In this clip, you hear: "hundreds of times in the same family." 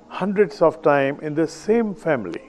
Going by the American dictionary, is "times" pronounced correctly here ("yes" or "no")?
no